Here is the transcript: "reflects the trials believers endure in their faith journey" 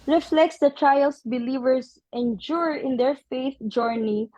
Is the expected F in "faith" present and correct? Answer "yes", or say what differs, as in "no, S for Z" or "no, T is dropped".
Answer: yes